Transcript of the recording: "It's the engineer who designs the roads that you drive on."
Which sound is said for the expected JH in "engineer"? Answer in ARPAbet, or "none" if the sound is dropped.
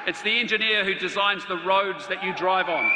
JH